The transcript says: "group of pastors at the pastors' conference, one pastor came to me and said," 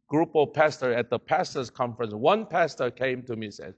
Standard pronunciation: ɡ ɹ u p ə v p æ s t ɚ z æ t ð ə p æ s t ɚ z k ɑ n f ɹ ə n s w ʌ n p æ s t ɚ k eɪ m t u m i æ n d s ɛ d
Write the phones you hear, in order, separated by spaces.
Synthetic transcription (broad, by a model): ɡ ɹ u p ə p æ s t ɚ æ t ð ə p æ s t ɚ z k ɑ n f ɹ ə n s w ʌ n p æ s t ɚ k eɪ m t u m i s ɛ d